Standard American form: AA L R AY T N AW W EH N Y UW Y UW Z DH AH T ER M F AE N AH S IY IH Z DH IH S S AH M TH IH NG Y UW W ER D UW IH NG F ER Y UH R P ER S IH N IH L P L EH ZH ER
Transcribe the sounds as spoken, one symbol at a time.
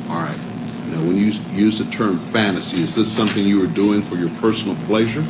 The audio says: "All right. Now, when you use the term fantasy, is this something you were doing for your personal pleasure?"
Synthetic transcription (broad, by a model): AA L R AY T N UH W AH N Y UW Y UW Z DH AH T ER M F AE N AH S IY IH Z DH IH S S AH M TH IH NG Y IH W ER D UW IH NG F ER Y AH R P ER S N L P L EH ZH ER